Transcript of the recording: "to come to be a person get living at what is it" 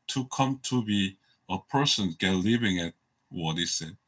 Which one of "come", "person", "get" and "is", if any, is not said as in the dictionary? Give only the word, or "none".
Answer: is